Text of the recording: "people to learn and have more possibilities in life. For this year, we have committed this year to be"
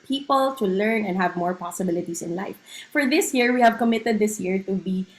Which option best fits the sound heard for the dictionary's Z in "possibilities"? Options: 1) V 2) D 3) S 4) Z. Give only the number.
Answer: 3